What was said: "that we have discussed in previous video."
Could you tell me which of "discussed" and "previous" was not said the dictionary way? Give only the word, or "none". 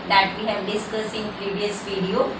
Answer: discussed